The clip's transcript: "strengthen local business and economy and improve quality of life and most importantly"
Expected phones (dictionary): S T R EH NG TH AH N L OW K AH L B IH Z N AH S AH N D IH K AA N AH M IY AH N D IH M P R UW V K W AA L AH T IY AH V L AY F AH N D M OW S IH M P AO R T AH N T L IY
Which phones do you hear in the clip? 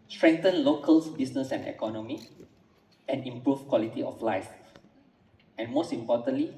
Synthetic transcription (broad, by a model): S T R EH NG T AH N L OW K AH L B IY S N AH S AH N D IH K AA N AH M IY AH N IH M P R UW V K W AA L AH T IY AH F L AY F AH N M OW S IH M P AO T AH N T L IY